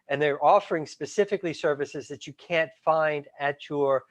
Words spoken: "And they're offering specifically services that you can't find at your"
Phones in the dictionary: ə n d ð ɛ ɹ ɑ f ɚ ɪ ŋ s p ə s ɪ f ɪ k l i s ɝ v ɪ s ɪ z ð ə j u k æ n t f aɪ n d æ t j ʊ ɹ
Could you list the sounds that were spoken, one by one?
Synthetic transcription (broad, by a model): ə n ð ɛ ɹ ɑ f ɚ ɪ ŋ s p ə s ɪ f ɪ k l i s ɝ v ɪ s ɪ z ð ə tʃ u k æ n t f aɪ n d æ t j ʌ ɹ